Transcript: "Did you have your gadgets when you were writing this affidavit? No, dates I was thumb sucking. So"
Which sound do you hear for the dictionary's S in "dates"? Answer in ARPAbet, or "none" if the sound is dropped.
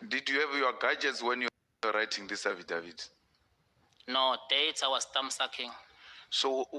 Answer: none